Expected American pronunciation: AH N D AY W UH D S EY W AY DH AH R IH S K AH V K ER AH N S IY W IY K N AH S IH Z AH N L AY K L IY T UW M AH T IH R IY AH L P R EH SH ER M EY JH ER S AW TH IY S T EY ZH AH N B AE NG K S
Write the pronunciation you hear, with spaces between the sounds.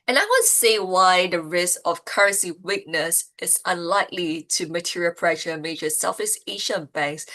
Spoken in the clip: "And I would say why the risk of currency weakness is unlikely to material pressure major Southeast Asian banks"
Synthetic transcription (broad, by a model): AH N AY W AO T S EY W AY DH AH R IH S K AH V K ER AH N S IY W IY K N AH S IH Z AH N L AY K L IY T UW M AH T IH R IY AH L P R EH SH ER M EY JH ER S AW F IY S EY SH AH N B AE NG K S